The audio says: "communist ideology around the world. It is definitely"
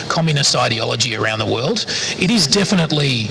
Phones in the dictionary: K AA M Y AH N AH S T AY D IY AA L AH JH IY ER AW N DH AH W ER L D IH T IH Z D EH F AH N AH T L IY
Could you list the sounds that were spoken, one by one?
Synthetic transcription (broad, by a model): K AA M Y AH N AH S T AY D IY AA L AH JH IY ER AW N DH AH W ER L D IH T IH Z D EH F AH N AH T L IY